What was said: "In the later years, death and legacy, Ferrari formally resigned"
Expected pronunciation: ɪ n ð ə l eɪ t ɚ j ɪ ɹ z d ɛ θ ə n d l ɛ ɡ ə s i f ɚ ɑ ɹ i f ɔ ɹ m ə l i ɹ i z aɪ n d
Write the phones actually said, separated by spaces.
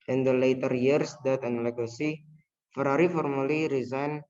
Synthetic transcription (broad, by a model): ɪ n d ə l eɪ t ɚ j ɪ ɹ s d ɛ t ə n l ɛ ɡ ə s i f ɚ ɑ ɹ i f ɔ ɹ m ə l i ɹ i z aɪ n